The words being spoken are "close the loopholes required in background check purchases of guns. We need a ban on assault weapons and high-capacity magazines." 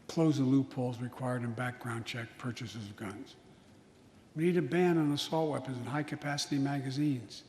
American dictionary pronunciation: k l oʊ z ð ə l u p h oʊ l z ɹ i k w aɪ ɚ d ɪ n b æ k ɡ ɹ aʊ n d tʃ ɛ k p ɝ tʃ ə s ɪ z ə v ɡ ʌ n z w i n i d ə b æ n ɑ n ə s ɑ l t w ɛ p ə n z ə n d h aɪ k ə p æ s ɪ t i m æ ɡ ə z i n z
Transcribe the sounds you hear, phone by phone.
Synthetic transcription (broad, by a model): k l oʊ z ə l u p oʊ l z ɹ i k w aɪ ɚ d ɪ n b æ k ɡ ɹ aʊ n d tʃ ɛ k p ɝ tʃ ə s ɪ z ə v ɡ ʌ n z w i n i d ə b æ n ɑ n ə s ɑ l t w ɛ p ə n z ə n h aɪ k ə p æ s ɪ t i m æ ɡ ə z i n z